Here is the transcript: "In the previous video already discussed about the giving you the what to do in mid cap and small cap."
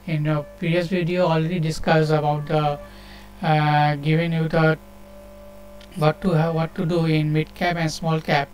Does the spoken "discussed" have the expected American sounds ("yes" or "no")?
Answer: no